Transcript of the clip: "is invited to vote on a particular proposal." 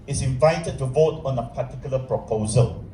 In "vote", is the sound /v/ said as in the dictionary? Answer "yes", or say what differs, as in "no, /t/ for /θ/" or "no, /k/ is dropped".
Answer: yes